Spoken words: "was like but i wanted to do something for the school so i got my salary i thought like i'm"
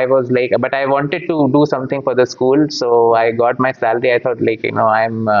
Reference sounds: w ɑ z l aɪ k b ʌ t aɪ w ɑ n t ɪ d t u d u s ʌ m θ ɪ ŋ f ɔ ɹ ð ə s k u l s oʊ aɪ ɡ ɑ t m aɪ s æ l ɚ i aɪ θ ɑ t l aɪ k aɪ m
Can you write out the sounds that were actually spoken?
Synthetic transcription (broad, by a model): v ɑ z l aɪ k b ʌ t aɪ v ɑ n t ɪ d t u d u s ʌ m t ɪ ŋ f ɔ ɹ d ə s k u l s oʊ aɪ ɡ ɑ t m aɪ s æ l ɚ i aɪ t ɑ t l aɪ k aɪ m